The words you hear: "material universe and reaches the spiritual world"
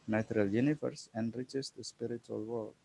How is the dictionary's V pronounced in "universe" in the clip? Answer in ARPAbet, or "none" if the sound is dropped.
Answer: F